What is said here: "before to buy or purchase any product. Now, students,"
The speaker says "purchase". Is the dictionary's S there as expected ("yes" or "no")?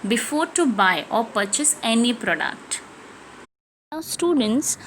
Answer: yes